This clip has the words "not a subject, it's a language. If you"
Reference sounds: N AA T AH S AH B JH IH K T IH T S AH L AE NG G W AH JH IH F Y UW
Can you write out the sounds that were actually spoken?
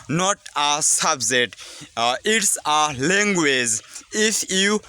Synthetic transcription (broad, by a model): N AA T AH S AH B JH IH T IH T S AH L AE NG G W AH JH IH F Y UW